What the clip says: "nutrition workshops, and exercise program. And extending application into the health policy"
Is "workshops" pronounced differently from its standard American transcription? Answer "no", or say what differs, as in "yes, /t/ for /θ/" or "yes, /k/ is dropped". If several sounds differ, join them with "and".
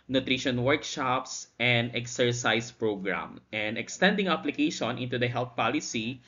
no